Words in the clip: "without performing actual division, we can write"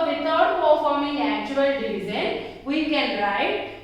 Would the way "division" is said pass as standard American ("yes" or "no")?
no